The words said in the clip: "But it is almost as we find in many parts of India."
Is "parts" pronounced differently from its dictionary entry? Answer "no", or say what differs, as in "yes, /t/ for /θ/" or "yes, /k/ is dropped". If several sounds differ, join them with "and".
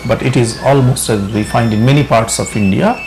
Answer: no